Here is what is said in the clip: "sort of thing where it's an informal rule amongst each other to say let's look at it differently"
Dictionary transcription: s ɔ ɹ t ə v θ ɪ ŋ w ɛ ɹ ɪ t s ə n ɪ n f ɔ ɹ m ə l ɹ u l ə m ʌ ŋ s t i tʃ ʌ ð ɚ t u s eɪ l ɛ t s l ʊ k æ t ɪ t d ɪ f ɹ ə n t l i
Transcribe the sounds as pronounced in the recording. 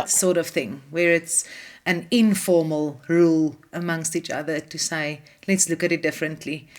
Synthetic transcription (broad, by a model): s ɔ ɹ t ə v θ ɪ ŋ w ɛ ɹ ɪ t s ə n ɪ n f ɔ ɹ m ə l ɹ u l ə m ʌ ŋ s t i tʃ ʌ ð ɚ t u s eɪ l ɛ t s l ʊ k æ t ɪ t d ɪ f ɹ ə n t l i